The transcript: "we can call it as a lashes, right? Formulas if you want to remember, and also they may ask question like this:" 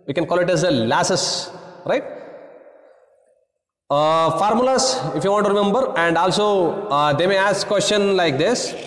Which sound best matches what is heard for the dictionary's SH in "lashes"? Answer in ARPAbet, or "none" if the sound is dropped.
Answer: S